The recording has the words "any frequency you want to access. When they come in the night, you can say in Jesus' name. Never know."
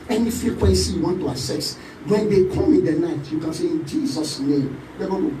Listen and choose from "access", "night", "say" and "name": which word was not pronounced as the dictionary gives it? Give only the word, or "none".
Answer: access